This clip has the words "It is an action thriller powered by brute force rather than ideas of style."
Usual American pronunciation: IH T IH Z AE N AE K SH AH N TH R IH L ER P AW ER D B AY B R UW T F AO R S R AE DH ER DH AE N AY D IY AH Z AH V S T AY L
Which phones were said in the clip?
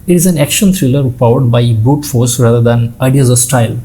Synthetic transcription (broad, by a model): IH T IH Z AE N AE K SH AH N T R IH L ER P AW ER D B AY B UW T F AO R S R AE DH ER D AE N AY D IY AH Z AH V S T AY L